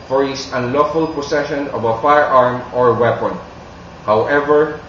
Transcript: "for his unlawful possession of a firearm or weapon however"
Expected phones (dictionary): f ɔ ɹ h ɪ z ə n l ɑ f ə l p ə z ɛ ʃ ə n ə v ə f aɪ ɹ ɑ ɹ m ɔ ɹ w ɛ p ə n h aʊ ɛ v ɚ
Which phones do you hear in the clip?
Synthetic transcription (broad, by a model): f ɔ ɹ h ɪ s ə n l ɑ f ə l p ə s ɛ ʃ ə n ə v ə f aɪ ɹ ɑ ɹ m ɔ ɹ w ɛ p ə n h aʊ ɛ v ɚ